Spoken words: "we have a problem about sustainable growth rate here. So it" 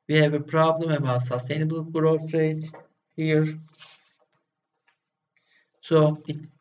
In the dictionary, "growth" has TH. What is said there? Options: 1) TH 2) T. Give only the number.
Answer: 2